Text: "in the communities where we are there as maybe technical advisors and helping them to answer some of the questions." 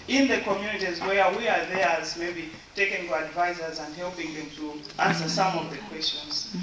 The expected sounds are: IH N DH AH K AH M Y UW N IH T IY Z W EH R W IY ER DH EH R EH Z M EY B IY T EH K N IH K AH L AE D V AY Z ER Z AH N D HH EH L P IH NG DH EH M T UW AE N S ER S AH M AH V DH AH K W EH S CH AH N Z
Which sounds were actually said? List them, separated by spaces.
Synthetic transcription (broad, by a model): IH N DH AH K AH M Y UW N IH T IY Z W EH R W IY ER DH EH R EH Z M EY B IY T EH K IH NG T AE D V AY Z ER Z AH N D HH EH L P IH NG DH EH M T UW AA N S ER S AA M AH V DH AH K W EH S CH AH N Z